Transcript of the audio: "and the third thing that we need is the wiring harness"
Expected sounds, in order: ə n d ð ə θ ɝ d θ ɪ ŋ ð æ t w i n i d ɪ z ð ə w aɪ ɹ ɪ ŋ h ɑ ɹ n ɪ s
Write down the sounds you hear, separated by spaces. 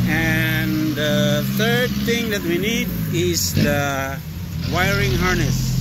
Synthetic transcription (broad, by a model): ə n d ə t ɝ d t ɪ ŋ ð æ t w i n i d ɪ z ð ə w aɪ ɹ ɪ ŋ h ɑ ɹ n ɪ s